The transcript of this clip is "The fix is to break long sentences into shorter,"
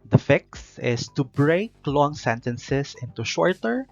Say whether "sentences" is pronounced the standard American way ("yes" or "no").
no